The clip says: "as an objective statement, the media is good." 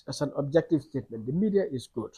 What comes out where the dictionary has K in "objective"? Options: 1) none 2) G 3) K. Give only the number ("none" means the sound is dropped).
3